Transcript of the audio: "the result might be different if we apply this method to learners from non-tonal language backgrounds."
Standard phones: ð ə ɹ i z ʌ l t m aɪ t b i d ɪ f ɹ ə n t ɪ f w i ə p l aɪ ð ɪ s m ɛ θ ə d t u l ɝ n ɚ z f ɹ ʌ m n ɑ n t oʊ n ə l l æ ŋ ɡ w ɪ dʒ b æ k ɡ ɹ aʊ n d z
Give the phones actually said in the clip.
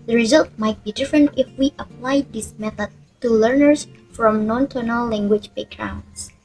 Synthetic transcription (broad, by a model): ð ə ɹ i z ʌ l t m aɪ t b i d ɪ f ɹ ə n t ɪ f w i ə p l aɪ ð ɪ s m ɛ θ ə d t u l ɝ n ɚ s f ɹ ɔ m n ɑ n t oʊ n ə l l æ ŋ ɡ w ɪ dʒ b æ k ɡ ɹ aʊ n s